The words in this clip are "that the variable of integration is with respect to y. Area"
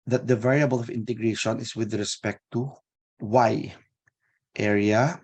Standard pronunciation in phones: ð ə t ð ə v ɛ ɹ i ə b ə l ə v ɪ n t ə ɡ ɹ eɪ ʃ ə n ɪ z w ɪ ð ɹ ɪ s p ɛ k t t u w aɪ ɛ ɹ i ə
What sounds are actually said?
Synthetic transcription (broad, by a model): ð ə t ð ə v ɛ ɹ i ə b ə l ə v ɪ n t ə ɡ ɹ eɪ ʃ ə n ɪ s w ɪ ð ɹ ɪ s p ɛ k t t u w aɪ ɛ ɹ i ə